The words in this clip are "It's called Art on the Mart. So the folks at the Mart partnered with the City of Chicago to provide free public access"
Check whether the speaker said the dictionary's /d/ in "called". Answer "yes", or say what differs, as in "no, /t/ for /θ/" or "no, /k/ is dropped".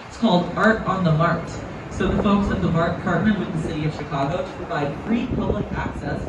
yes